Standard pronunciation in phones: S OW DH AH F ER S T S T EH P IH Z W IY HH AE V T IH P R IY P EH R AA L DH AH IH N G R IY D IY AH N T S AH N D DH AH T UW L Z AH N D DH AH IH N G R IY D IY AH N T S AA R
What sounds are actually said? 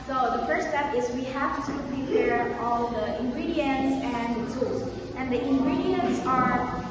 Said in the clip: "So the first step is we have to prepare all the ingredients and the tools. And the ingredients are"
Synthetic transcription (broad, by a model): S OW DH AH F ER T S T EH P IH Z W IY HH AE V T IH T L IY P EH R AA L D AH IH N G R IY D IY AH N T S AH N D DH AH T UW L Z AH N D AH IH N G R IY D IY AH N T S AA R